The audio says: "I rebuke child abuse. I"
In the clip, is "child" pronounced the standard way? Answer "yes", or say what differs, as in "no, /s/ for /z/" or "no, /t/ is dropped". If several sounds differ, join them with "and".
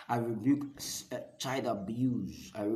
no, /l/ is dropped